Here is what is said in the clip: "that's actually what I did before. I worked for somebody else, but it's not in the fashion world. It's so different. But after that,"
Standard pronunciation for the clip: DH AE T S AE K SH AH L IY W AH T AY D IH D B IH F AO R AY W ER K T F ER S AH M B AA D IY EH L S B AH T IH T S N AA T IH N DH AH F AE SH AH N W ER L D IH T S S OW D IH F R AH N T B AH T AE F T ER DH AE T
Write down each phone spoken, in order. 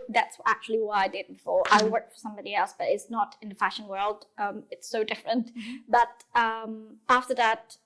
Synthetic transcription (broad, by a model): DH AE T S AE K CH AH L IY W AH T AY D IH D B IH F AO R AY W ER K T F ER S AH M B AA D IY EH L S B AH T IH T S N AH T IH N DH AH F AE SH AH N W ER L D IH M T S OW D IH F R AH N T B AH T AE F T ER DH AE T